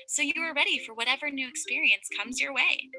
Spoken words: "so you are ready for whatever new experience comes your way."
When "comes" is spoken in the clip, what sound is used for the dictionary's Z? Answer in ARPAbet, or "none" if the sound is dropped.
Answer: Z